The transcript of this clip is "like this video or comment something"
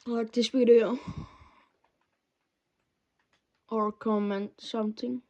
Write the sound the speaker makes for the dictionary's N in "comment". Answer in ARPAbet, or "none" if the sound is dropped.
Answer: N